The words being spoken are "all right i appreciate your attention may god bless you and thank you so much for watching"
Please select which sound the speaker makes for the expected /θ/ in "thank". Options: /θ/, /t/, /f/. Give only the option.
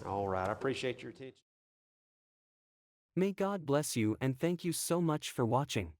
/θ/